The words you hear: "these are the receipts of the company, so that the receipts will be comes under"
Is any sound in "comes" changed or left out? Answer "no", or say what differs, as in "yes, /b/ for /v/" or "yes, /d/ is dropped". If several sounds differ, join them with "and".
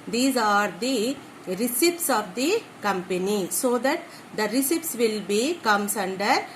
yes, /s/ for /z/